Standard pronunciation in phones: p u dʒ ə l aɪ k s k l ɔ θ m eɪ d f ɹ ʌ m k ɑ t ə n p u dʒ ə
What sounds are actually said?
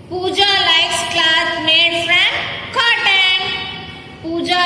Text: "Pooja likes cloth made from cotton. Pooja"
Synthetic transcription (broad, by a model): p u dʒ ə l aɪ s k l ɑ s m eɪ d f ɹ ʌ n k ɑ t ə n p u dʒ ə